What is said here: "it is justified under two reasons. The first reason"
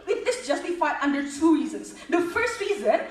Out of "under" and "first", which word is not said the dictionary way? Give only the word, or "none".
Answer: none